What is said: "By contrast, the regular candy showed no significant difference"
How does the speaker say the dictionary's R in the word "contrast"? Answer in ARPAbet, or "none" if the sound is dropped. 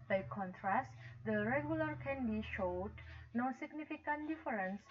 R